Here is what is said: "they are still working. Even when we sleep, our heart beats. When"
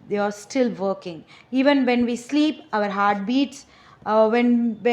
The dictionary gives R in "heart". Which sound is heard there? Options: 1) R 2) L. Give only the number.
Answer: 1